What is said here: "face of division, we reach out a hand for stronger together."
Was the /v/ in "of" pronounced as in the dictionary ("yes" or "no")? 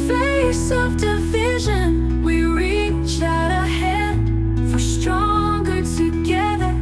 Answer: yes